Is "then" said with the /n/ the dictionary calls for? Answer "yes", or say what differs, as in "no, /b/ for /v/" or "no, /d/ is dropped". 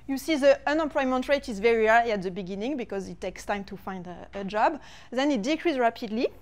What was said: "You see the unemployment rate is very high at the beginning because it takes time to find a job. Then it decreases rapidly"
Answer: yes